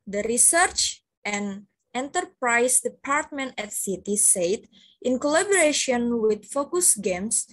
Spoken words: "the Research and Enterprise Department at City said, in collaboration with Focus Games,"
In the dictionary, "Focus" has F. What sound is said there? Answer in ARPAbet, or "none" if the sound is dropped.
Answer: F